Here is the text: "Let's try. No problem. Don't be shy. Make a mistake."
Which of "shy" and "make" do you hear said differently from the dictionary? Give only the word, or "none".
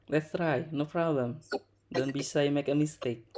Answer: shy